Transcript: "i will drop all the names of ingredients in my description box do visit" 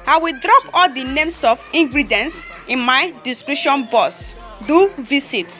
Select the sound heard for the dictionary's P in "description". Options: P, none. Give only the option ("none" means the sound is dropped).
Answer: none